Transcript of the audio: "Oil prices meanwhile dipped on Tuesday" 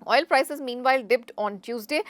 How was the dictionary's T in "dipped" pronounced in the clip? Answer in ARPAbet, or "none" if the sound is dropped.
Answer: T